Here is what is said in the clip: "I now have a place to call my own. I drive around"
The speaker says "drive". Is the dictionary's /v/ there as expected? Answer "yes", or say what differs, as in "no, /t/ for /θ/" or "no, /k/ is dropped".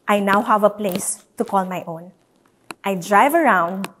yes